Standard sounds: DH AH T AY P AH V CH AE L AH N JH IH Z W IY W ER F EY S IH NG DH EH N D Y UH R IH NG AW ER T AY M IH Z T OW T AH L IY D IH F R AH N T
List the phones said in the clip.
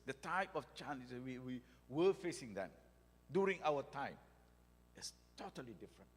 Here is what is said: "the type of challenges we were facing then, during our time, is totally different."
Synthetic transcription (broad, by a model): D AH T AY P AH F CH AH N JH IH W IY W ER F EY S IH NG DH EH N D Y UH R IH NG AW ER T AY M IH S T OW T AH L IY D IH F R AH N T